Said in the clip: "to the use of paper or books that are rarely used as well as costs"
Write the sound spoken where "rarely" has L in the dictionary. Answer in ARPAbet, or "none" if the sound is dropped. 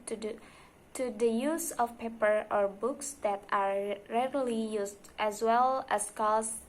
L